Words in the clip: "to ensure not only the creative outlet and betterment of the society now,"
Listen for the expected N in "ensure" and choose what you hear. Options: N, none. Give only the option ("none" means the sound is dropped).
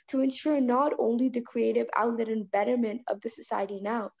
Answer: N